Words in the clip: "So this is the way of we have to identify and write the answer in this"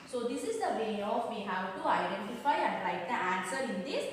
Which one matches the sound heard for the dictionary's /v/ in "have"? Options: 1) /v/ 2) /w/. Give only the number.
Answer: 2